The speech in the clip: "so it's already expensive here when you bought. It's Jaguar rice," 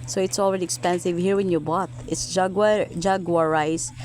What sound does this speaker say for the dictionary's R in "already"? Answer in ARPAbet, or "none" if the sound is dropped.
R